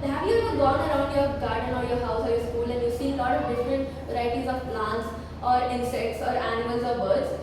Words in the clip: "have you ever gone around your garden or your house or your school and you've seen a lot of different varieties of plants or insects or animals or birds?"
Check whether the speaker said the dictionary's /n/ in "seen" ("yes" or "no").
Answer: no